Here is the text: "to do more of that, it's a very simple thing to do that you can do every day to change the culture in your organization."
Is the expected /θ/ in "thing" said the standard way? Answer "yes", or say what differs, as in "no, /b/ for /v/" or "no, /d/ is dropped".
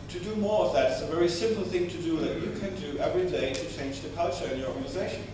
yes